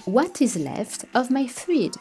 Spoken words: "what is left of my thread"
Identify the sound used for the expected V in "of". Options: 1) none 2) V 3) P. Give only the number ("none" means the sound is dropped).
2